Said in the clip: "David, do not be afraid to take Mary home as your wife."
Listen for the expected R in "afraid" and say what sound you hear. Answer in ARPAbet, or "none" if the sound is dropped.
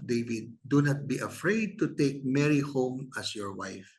R